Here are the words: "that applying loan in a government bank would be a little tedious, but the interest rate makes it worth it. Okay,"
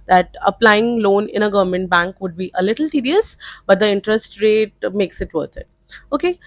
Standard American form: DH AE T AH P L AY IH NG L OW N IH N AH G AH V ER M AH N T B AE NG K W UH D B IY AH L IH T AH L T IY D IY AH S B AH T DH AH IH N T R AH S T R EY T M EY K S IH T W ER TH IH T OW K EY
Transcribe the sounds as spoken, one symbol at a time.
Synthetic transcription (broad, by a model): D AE T AH P L AY IH NG L OW N IH N AH G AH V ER M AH N T B AE NG K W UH D B IY AH L IH T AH L T IY D IY AH S B AH T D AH IH N T R AH S T R EY T M EY K S IH T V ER T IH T OW K EY